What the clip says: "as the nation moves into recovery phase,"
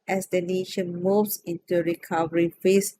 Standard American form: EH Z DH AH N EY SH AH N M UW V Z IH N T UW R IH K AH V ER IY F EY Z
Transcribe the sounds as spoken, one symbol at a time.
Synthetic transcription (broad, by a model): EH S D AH N EY SH AH N M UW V S IH N T UW R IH K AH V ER IY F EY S